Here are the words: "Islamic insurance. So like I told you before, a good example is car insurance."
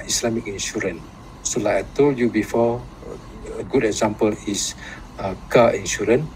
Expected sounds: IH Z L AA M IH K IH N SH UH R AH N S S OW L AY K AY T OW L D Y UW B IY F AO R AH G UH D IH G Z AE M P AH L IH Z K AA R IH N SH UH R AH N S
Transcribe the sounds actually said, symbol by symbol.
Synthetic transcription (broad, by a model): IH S L AA M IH K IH N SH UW R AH N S S OW L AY AY T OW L Y UW B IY F AO AH G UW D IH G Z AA M P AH L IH S K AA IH N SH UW R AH N